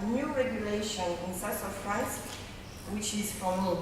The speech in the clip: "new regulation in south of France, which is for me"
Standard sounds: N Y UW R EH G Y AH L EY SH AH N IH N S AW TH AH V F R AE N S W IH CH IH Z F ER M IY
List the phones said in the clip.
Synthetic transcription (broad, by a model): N Y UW R EH G Y AH L EY SH AH N IH N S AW S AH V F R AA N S W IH CH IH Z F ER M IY